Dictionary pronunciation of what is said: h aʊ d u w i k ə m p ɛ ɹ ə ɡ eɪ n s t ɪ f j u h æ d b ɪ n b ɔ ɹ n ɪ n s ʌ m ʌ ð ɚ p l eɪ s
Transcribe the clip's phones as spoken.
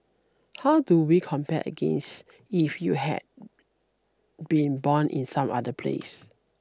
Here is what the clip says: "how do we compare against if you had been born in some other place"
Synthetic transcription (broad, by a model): h aʊ d u w i k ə m p ɛ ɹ ə ɡ eɪ n s t ɪ f j u h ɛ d b ɪ n b ɔ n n ɪ n s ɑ m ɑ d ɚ p l eɪ s